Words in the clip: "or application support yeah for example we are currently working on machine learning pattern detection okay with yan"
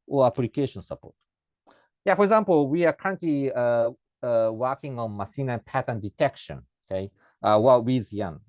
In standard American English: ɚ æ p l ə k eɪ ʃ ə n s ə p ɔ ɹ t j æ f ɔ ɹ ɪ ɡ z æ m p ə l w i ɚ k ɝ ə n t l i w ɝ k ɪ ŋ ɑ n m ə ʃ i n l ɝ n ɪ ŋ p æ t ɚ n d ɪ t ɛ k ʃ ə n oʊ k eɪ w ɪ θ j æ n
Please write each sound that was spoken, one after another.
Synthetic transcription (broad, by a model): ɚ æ p l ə k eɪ ʃ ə n s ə p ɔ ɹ t j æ f ɔ ɹ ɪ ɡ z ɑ m p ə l w i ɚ k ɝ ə n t l i w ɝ k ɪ ŋ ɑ n m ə s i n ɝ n p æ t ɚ n d ɪ t ɛ k ʃ ə n oʊ k eɪ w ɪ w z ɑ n